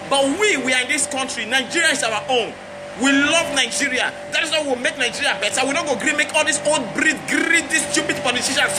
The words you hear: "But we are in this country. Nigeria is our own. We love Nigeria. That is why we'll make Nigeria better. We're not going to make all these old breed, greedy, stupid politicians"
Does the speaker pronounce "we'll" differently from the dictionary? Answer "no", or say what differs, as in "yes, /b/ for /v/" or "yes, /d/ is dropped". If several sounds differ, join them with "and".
yes, /w/ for /l/